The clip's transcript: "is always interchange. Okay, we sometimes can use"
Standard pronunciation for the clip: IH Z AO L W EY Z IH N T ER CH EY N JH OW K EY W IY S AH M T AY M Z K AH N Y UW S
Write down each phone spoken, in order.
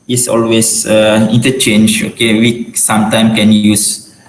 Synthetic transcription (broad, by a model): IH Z AO L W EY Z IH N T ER CH EY N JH OW K EY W IY S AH M T AY M K AH N Y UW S